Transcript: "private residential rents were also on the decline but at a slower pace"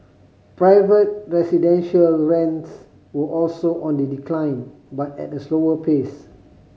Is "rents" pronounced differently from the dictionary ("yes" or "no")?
no